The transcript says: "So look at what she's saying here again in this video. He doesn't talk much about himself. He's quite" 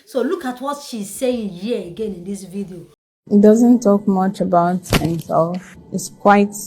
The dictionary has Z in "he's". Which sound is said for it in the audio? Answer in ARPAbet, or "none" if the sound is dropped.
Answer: S